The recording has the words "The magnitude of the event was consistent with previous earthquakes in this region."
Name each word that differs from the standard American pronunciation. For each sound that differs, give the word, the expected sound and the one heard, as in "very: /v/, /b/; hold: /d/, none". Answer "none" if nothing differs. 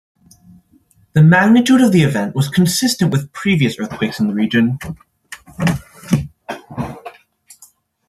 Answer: this: /s/, none